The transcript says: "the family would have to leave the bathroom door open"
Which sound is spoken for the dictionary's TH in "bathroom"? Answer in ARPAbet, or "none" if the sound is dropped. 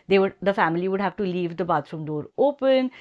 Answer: T